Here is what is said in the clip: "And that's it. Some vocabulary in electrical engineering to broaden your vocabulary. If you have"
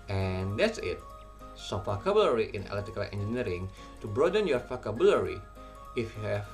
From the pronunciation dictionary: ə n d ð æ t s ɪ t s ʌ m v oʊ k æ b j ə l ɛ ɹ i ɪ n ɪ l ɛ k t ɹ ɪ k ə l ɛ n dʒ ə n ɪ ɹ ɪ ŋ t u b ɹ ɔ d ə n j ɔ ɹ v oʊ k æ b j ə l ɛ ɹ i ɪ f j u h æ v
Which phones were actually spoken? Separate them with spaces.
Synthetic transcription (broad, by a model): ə n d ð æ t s ɪ t s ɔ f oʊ k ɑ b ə l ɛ ɹ i ɪ n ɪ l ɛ t ɪ k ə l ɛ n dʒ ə n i ɹ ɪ ŋ t u b ɹ ɔ d ə n j ɔ ɹ f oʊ k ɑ b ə l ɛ ɹ i ɪ f j u h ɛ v